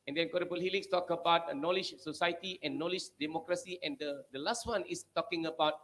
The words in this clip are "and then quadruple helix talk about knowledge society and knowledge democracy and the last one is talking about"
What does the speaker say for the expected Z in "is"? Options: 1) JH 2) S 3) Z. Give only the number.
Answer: 2